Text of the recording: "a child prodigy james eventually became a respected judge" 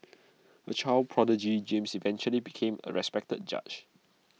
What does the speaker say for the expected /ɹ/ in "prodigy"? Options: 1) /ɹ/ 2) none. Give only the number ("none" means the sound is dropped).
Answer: 1